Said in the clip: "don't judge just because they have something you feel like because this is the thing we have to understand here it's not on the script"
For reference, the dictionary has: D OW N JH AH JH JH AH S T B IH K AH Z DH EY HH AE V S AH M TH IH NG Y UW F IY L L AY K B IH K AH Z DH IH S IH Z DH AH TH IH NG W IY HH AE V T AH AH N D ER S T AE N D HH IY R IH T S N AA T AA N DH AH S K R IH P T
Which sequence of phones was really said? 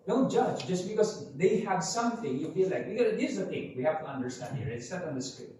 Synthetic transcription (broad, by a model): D OW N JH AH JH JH AH S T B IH K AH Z DH EY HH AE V S AH M TH IH NG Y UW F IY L L AY K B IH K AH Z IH IH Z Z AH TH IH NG W IY HH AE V T AH AH N D ER S T AE N D HH IY R IH T S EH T N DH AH S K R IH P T